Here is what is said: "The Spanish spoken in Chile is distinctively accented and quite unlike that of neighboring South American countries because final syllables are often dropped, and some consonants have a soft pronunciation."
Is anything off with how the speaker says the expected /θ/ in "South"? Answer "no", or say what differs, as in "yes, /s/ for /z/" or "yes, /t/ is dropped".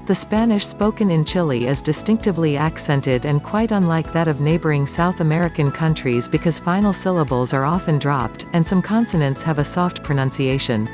no